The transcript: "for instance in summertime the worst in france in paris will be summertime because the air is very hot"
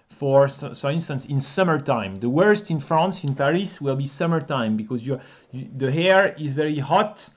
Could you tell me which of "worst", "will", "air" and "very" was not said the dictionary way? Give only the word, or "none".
none